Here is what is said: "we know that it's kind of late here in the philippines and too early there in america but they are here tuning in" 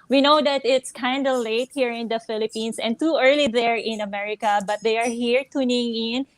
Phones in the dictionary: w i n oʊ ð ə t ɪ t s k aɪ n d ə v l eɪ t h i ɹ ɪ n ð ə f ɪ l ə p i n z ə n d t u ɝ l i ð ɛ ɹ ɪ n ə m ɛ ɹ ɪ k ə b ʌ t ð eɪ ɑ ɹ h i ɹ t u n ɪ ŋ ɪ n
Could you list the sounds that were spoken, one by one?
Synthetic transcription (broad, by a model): w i n oʊ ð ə t ɪ t s k aɪ n d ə l eɪ t h i ɹ ɪ n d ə f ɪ l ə p i n s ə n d t u ɝ l i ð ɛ ɹ ɪ n ə m ɛ ɹ ɪ k ə b ʌ t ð eɪ ɑ ɹ h i ɹ t u n ɪ ŋ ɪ n